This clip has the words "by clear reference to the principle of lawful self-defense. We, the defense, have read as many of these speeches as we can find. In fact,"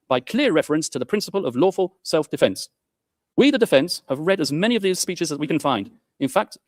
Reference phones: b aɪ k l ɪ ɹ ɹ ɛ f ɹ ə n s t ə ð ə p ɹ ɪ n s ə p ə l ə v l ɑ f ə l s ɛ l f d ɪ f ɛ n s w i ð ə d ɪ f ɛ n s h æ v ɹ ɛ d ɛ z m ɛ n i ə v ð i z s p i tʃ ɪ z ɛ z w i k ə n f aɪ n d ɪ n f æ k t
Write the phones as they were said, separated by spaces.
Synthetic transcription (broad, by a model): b aɪ k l ɪ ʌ ɹ ɛ f ɹ ə n s t ə ð ə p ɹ ɪ n s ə p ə l ə v l ɑ f ə l s ɛ l f d ɪ f ɛ n s w i ð ə d ɪ f ɛ n s h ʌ v ɹ ɛ d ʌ z m ɛ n i ə v ð i z s p i tʃ ɪ z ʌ z w i k ə n f aɪ n d ɪ n f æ k t